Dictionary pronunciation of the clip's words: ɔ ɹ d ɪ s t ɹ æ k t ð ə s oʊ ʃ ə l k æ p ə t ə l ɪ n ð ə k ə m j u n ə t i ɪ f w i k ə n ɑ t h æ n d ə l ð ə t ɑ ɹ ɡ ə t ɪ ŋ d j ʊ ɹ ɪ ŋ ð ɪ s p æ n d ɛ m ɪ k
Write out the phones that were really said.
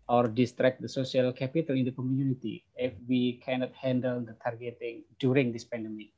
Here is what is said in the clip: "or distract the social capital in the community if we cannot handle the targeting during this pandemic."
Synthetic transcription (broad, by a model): ɔ ɹ d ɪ s t ɹ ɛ k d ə s oʊ s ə l k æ p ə t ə l ɪ n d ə k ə m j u n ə t i ɪ f w i k ə n ɑ t h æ n d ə l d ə t ɑ ɹ ɡ ə t ɪ ŋ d j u ɹ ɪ ŋ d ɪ s p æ n d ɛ m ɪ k